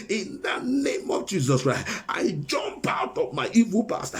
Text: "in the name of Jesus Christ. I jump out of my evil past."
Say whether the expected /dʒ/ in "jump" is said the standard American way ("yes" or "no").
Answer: yes